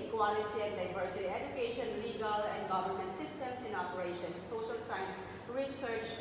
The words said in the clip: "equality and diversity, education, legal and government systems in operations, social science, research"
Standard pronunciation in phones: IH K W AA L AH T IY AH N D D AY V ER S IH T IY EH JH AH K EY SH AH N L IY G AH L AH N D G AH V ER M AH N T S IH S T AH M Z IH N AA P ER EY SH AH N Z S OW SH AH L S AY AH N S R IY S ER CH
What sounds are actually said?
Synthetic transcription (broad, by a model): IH K W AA L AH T IY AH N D D AY V ER S IH T IY EH JH AH K EY SH AH N L IY G AH L AH N D G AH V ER M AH N T S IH S T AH M S IH N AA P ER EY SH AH N S OW SH AH L S AY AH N S R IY S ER CH